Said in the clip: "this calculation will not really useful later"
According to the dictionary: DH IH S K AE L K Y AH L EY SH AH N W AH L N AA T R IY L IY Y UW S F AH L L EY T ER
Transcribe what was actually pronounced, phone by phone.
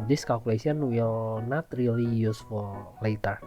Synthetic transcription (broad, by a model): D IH S K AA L K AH L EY S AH N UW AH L N AA T R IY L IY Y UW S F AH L L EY T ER